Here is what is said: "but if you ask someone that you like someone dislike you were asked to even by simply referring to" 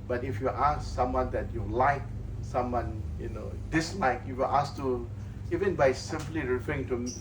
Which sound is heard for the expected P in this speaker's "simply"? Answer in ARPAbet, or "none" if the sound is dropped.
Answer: P